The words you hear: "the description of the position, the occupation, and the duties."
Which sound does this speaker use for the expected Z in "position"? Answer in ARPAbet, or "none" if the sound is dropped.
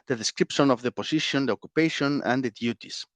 S